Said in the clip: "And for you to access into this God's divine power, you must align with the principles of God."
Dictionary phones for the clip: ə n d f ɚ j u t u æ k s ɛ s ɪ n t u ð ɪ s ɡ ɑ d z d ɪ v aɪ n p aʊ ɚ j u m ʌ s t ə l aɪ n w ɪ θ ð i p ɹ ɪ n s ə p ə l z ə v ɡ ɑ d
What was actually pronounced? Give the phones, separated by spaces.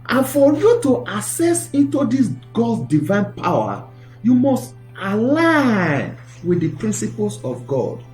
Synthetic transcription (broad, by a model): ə n f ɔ j u t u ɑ s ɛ s ɪ n t u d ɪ s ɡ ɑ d s d ɪ v aɪ n p aʊ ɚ j u m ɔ s t ə l aɪ n w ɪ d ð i p ɹ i n s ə p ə l s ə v ɡ ɑ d